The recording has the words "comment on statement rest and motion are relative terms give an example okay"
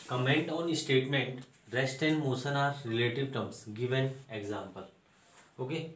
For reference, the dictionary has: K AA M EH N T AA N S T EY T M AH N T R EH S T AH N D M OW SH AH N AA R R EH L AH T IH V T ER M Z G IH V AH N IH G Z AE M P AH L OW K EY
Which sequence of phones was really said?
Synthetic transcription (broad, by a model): K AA M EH N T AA N S T EY T M AH N T R EH S T AH N D M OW S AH N AA R R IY L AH T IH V T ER M S G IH V AH N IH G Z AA M P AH L OW K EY